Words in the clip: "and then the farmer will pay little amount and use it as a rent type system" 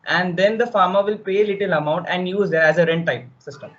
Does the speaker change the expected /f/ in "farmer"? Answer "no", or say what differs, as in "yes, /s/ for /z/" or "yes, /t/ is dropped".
no